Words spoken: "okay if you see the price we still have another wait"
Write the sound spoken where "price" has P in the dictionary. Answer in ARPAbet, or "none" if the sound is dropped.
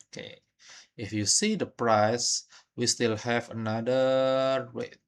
P